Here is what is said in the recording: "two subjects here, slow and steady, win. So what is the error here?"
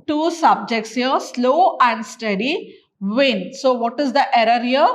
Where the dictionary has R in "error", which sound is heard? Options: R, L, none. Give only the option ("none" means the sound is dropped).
R